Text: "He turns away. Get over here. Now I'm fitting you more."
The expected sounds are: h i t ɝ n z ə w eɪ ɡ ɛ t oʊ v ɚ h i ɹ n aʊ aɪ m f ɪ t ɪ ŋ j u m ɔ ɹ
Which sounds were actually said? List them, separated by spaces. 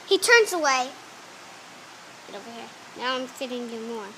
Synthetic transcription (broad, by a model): h i t ɝ n z ə w eɪ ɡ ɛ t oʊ b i h i ɹ n aʊ aɪ m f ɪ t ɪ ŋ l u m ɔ